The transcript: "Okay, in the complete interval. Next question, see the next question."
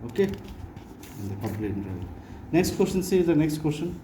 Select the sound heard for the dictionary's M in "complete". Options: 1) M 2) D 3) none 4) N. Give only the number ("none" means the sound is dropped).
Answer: 3